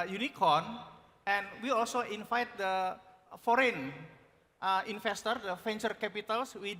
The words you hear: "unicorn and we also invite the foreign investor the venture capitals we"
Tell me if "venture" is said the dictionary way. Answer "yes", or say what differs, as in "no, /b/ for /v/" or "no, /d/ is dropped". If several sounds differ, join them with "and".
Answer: no, /f/ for /v/